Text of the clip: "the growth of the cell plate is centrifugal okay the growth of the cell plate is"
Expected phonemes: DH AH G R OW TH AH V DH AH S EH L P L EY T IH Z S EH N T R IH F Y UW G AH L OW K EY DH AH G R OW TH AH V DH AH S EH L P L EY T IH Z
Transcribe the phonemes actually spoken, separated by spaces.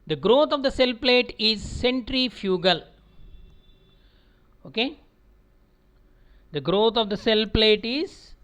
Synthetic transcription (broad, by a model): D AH G R OW T AH V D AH S EH L P L EY T IH Z S EH N T R IH F Y UW G AH L OW K EY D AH G R OW T AH V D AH S EH L P L EY T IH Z